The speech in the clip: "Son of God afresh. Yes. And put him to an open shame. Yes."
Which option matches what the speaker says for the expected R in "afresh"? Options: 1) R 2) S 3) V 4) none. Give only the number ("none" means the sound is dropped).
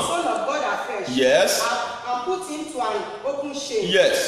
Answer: 4